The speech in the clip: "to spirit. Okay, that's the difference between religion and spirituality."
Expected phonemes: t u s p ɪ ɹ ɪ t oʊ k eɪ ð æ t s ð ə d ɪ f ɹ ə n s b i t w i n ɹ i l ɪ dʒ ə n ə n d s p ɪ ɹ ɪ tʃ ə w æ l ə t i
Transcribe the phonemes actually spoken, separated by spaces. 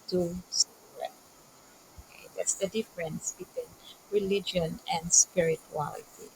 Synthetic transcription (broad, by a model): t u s ɔ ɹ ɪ oʊ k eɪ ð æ t s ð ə d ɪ f ɹ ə n s b i t w i n ɹ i l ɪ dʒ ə n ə n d s p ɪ ɹ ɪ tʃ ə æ l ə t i